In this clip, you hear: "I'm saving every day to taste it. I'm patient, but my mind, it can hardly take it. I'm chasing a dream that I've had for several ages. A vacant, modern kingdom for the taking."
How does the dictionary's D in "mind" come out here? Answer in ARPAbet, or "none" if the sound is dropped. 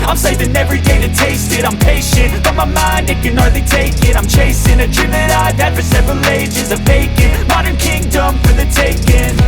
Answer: D